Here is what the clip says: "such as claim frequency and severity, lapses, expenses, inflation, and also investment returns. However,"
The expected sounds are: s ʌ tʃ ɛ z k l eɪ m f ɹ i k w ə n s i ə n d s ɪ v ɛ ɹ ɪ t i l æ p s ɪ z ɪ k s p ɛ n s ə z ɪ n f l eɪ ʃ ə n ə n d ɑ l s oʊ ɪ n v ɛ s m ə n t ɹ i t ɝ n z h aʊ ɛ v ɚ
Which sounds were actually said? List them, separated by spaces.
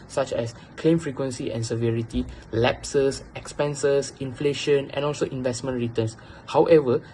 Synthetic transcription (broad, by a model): s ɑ tʃ ɛ s k l eɪ m f ɹ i k w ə n s i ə n s ɪ v ɛ ɹ ɪ t i l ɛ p s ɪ s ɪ k s p ɛ n s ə s ɪ n f l eɪ ʃ ə n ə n ɑ l s oʊ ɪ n v ɛ s m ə n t ɹ i t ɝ n s h aʊ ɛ v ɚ